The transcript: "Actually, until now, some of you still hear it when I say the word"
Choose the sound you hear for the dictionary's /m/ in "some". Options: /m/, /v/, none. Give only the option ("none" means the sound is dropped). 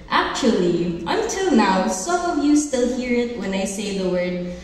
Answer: none